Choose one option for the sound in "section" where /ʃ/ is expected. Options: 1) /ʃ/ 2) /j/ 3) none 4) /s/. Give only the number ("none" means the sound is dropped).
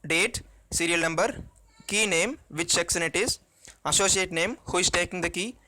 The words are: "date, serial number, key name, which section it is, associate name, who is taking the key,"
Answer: 4